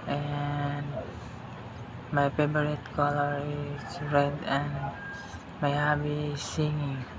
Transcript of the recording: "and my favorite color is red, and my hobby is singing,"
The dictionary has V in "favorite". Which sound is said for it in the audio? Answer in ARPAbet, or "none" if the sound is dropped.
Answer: B